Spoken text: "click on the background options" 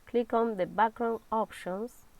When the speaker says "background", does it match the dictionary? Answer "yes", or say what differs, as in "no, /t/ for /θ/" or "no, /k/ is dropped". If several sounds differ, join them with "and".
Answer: no, /d/ is dropped